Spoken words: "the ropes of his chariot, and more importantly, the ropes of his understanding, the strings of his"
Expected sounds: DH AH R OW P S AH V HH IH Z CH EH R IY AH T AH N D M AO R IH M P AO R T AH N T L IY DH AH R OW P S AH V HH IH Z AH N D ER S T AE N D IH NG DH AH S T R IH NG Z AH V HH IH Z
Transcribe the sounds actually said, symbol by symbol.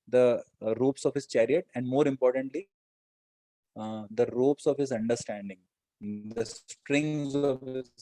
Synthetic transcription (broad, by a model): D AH R OW P S AH V HH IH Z CH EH R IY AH T AH N D M AO R IH M P AO R T AH N T L IY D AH R OW P S AH V HH IH Z AH N D ER S T AE N D IH NG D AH S T R IH NG Z AH V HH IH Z